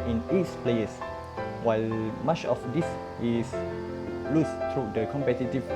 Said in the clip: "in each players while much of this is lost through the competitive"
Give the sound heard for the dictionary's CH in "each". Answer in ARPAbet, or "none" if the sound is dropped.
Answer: S